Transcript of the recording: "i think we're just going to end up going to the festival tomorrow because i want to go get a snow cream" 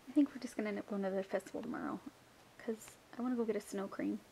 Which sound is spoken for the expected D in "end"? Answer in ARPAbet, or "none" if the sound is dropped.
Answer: none